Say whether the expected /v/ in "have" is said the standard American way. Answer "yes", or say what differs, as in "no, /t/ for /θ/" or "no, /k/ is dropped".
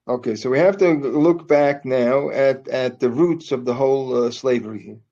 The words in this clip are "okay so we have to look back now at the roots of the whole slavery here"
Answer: no, /f/ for /v/